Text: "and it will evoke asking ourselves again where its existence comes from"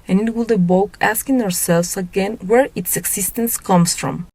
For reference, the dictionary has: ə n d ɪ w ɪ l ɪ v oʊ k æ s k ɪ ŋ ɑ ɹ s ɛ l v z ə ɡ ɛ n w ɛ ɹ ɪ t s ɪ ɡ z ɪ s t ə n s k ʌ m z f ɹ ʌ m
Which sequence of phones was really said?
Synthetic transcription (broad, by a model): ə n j ɪ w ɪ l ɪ b oʊ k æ s k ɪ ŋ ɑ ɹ s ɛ l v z ə ɡ ɛ n w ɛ ɹ ɪ t s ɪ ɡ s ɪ s t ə n s k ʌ m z f ɹ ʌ m